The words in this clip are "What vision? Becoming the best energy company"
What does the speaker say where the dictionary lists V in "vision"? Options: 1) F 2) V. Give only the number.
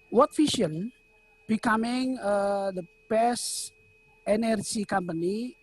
1